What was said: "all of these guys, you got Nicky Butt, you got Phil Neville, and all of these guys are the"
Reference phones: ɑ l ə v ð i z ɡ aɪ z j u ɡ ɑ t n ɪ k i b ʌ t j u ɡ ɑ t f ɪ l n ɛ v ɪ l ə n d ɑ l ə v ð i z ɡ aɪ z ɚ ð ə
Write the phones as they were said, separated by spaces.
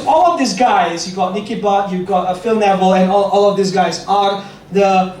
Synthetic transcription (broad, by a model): ɑ l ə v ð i s ɡ aɪ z j u ɡ ɑ t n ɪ k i b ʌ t j u ɡ ɑ t f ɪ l n ɛ v ɪ l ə n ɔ ɑ l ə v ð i s ɡ aɪ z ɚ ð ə